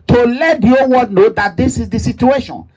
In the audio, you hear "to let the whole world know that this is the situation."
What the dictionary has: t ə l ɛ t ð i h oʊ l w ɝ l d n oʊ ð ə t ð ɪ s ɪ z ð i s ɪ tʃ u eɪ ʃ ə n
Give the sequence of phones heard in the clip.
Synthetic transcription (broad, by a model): t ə l ɛ t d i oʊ w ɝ d n oʊ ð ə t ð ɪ s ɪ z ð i s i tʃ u eɪ ʃ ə n